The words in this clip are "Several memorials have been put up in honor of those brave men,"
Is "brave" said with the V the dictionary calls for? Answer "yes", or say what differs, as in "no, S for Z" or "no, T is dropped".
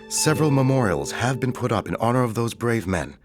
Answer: yes